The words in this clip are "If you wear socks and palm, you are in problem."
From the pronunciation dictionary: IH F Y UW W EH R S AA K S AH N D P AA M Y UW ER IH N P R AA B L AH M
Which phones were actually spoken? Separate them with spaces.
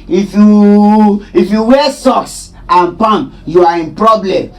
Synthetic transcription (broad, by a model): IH F Y UW W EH S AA S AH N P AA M Y UW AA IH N P R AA B L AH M